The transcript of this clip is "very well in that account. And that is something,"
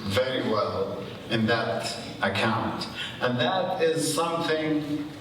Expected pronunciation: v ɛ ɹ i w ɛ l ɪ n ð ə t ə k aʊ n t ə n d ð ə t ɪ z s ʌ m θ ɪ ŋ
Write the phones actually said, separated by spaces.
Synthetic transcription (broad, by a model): v ɛ ɹ i w ɛ l ɪ n ð ə t ə k aʊ n t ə n ð ə t ɪ z s ʌ m θ ɪ ŋ